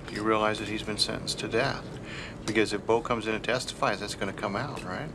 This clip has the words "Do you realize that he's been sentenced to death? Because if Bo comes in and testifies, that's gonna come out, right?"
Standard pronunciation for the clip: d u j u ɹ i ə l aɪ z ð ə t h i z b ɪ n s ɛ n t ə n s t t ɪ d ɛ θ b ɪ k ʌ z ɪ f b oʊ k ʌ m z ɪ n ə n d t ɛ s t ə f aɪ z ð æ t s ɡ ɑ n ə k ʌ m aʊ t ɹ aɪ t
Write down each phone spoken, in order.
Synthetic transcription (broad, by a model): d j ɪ ɹ i ə l aɪ z ð ə t h i z b ɪ n s ɛ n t n s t t ɪ d ɛ θ b ɪ k ʌ z ɪ f b oʊ k ʌ m z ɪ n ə t ɛ s t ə f aɪ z ð æ t s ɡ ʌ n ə k ʌ m aʊ t ɹ aɪ t